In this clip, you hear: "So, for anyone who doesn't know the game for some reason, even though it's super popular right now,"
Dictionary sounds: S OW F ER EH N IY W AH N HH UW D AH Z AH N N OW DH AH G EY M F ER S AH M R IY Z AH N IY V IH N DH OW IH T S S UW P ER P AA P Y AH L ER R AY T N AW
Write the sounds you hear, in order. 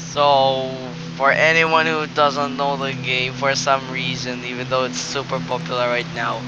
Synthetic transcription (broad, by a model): S OW F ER EH N IY W AH N HH UW D AH Z AH N N OW DH AH G EY M F ER S AH M R IY Z AH N IY V IH N DH OW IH T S S UW P ER P AA P Y L ER R AY T N AW